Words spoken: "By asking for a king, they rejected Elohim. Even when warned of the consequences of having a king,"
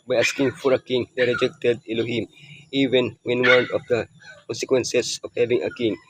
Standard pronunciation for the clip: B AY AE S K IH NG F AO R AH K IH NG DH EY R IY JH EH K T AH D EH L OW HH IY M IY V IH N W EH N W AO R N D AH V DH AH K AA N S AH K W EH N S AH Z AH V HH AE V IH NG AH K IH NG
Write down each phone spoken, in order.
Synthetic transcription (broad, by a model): B AY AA S K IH NG F AO R AH K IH NG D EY R IY JH EH K T AH D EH L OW HH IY M IY V IH N W EH N W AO N AH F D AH K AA N S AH K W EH N S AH S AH F HH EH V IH NG AH K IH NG